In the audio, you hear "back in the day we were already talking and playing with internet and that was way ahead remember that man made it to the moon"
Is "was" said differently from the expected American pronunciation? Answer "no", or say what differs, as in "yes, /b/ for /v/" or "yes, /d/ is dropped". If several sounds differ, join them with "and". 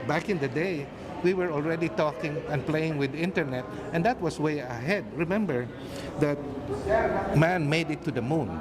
yes, /s/ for /z/